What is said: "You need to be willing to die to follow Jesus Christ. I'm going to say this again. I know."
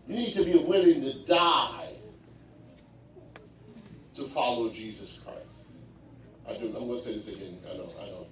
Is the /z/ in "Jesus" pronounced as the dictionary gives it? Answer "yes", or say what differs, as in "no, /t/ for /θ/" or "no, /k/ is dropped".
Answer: yes